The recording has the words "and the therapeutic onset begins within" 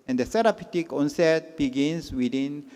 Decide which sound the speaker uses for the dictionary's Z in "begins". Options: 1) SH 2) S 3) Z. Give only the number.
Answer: 2